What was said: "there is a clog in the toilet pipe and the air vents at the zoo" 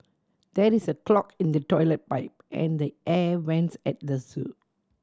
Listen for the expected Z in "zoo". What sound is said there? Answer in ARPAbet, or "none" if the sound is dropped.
S